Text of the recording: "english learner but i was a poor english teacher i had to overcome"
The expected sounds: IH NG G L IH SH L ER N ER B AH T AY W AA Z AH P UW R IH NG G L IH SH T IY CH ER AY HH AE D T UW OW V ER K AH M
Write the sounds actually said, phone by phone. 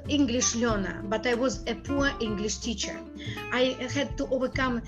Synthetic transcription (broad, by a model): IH NG G L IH SH L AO N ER B AH T AY W AA Z AH P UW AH IH NG G L IH SH T IY CH ER AY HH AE D T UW OW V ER K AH M